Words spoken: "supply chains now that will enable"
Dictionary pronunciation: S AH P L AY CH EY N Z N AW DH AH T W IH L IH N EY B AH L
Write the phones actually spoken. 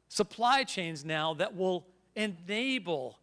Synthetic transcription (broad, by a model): S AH P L AY CH EY N Z N AW DH AH T W IH L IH N EY B L